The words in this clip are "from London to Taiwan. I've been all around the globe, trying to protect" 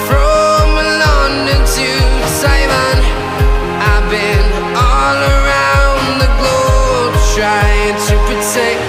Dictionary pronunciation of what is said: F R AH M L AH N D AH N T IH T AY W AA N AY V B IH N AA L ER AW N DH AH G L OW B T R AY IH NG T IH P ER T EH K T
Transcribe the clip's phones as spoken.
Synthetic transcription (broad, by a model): F R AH M L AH N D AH T IH S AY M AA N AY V B IH N AA L ER AW N DH AH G L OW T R AY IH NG T IH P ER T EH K